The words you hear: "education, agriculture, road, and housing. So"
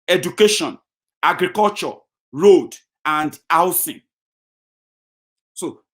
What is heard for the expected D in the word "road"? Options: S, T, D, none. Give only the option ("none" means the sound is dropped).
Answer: D